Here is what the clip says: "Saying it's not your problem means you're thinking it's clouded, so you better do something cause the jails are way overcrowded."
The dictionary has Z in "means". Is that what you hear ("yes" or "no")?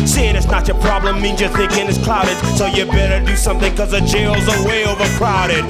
yes